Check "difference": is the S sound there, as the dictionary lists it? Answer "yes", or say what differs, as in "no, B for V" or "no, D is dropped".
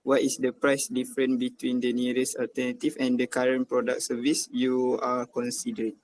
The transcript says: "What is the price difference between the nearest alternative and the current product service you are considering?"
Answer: no, S is dropped